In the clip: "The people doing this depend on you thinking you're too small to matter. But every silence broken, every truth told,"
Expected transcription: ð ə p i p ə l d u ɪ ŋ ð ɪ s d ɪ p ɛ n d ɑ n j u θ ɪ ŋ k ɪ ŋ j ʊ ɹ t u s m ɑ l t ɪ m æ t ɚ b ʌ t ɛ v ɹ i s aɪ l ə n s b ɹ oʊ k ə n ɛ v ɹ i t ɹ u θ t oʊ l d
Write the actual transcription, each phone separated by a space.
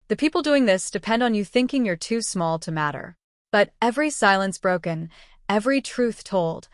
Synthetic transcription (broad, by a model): ð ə p i p l d u ɪ ŋ ð ɪ s d ɪ p ɛ n d n j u θ ɪ ŋ k ɪ ŋ j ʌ ɹ t u s m ɑ l t ɪ m æ t ɚ b ʌ t ɛ v ɹ i s aɪ l ə n s b ɹ oʊ k ə n ɛ v ɹ i t ɹ u θ t oʊ l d